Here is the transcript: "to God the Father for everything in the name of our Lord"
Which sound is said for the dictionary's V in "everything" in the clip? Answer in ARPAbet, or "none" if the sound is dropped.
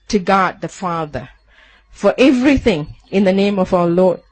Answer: V